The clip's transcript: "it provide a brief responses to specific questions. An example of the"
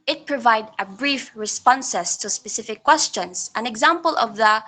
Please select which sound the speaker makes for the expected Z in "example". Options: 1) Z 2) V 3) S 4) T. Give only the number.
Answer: 1